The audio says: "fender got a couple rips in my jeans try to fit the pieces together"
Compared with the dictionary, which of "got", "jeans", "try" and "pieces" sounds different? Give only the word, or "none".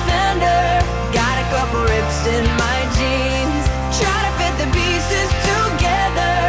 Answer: pieces